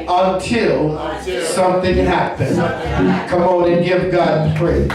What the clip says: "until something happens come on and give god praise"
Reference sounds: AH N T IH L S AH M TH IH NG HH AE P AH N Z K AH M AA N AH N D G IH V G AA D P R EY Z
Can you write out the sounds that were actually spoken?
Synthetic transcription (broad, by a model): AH N T IH L S AH M TH IH NG HH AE P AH N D K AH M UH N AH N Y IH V G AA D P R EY